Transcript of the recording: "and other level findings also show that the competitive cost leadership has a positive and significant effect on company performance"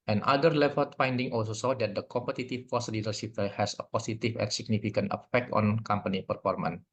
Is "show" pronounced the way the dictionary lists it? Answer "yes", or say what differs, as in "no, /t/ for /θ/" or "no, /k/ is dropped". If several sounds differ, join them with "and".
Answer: no, /s/ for /ʃ/